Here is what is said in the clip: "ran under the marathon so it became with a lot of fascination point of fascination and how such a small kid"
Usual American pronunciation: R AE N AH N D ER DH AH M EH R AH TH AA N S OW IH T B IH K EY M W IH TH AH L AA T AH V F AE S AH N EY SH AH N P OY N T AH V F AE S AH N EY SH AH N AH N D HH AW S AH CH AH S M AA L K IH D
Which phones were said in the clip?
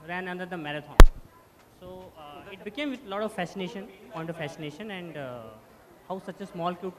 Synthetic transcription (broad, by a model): R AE N AH N D ER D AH M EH R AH T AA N S OW IH T B IH K EY M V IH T AH L AA T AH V F AE S AH N EY SH AH N P OY N T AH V F AE S AH N EY SH AH N AH N D HH AW S AH CH AH S M AA L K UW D